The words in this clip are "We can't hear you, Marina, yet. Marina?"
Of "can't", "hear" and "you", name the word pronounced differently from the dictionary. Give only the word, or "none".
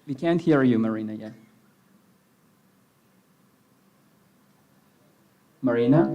none